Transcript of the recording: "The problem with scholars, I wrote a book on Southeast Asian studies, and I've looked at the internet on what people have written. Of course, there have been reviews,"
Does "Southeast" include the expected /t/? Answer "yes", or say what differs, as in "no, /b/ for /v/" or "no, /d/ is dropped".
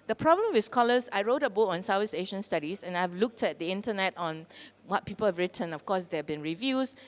no, /t/ is dropped